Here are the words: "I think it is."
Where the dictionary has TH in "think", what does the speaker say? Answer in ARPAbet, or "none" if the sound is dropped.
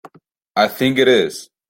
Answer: TH